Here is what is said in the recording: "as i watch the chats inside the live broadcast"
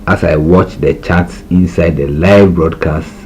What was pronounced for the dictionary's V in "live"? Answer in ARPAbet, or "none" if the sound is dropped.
V